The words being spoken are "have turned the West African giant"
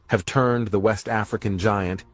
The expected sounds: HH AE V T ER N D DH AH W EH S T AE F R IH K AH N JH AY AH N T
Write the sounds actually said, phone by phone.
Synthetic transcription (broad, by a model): HH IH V T ER N DH AH W EH S T AE F R IH K AH N JH AY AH N T